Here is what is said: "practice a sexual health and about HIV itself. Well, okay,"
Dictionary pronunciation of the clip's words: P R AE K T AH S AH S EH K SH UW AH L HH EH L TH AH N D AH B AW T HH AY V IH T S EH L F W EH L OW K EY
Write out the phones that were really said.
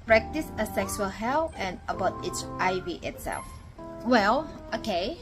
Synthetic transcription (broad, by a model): P R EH K T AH S AH S EH K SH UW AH L HH EH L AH N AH B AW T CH AY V IH T S EH L F W EH L OW K EY